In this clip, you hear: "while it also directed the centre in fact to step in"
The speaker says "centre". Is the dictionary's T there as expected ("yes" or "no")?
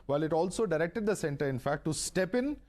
yes